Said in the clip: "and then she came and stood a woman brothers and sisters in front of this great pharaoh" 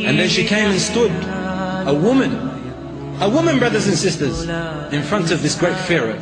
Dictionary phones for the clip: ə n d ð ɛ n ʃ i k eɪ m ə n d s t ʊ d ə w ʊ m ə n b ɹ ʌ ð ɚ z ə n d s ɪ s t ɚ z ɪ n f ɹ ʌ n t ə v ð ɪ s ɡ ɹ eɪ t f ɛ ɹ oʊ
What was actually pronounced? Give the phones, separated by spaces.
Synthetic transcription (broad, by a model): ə n ð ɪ n ʃ i k eɪ m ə n s t ʊ d ə w ʊ m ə n b ɹ ʌ ð ɚ z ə n s ɪ s t ɚ z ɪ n f ɹ ʌ n t ə v ð ɪ s ɡ ɹ eɪ t f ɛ ɹ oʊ